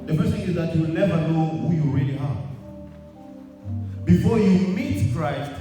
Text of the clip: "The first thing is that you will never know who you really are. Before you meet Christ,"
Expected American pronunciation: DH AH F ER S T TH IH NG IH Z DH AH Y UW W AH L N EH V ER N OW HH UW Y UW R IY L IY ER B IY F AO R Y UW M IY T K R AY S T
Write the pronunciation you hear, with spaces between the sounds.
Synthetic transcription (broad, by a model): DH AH P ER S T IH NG IH Z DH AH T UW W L N EH V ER N OW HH UW Y UW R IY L IY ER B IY F AO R Y UW M IY T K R AY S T